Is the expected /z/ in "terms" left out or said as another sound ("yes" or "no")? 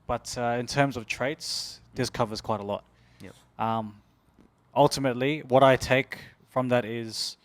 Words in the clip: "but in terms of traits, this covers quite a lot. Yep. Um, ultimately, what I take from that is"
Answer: no